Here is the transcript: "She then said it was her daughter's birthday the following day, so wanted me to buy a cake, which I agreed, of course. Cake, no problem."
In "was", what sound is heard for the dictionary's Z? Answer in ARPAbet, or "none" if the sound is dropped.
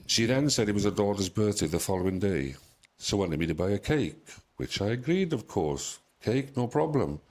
Z